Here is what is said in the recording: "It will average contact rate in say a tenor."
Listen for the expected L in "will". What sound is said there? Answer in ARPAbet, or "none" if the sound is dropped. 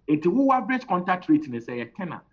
W